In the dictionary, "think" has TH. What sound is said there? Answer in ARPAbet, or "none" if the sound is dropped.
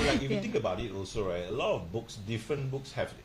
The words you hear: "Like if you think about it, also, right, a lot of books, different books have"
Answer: T